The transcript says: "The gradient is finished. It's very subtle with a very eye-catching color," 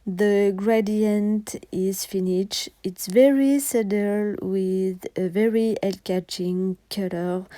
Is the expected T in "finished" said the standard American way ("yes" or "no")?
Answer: no